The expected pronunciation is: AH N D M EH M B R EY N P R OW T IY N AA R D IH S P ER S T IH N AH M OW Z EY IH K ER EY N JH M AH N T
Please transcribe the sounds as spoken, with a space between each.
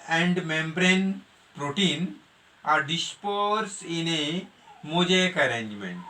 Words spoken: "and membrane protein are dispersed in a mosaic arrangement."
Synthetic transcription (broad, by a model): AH N D M EH M B R EY N P R OW T IY N AA R D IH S P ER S IH N AH M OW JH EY K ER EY N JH M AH N T